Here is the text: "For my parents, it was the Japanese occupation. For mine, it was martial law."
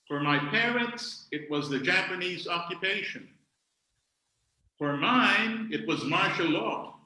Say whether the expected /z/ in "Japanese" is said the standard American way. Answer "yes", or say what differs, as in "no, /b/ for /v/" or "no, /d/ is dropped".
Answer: yes